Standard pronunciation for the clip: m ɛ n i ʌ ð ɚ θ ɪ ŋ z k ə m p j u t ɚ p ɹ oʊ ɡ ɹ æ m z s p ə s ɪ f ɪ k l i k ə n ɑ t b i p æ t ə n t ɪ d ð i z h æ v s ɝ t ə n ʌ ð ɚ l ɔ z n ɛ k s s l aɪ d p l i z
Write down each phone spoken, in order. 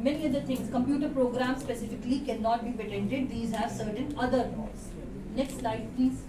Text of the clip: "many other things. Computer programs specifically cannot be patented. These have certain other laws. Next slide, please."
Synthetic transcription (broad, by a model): m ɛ n i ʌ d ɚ t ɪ ŋ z k ə m p j u t ɚ p ɹ oʊ ɡ ɹ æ m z s p ə s ɪ f ɪ k l i k ə n ɑ t b i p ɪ t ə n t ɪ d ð i z h æ v s ɝ t ə n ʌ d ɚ n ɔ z n ɛ k s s l aɪ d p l i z